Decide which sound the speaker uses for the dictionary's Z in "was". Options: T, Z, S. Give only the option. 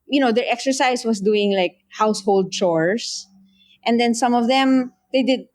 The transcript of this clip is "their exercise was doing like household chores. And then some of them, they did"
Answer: S